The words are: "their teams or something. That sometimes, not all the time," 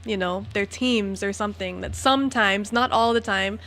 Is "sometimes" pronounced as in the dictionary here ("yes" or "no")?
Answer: yes